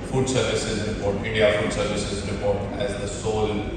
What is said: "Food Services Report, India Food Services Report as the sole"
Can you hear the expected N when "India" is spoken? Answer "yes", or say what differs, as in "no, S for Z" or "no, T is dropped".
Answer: no, N is dropped